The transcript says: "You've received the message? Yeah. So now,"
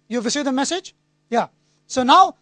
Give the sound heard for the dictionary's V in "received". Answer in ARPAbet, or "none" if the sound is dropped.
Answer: none